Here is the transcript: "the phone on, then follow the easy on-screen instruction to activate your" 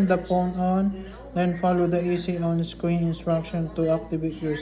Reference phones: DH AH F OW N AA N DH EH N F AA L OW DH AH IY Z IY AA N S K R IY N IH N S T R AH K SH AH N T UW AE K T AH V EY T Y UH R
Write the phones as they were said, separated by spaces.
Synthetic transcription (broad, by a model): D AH P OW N AA N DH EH N F AA L OW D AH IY S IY AA N S K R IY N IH N S T R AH K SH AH N T UW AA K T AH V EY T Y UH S